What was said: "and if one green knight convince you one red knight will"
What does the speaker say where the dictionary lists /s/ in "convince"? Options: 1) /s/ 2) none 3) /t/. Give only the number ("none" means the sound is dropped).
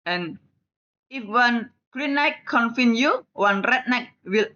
2